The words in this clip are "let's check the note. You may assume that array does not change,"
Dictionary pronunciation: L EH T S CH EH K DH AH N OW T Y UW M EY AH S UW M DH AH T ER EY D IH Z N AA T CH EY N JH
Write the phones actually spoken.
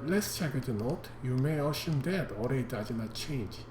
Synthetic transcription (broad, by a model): L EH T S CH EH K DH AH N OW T Y UW M EY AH SH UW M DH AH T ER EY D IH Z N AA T CH EY N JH